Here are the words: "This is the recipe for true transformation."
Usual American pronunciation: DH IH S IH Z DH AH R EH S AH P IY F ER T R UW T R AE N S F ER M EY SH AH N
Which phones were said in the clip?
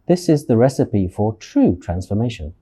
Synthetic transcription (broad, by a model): DH IH S IH Z DH AH R EH S AH P IY F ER T R UW T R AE N S F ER M EY SH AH N